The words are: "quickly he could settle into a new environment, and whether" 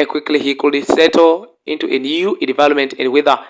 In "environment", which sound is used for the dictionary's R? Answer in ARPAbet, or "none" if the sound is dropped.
L